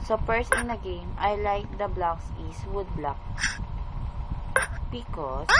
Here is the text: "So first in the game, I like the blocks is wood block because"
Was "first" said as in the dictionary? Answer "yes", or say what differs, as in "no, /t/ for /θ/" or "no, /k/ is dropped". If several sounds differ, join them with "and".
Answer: no, /p/ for /f/ and /t/ is dropped